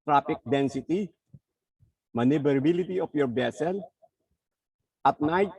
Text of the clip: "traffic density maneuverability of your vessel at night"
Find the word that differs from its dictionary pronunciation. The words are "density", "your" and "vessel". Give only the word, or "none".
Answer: vessel